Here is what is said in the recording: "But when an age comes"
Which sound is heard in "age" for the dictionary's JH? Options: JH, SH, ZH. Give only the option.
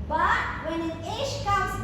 SH